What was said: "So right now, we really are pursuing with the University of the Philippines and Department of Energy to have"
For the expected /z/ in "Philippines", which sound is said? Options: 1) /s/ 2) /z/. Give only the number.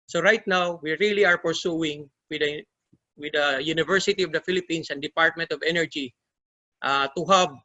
1